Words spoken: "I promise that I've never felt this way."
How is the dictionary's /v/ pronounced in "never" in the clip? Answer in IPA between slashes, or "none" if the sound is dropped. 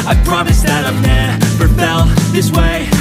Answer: /p/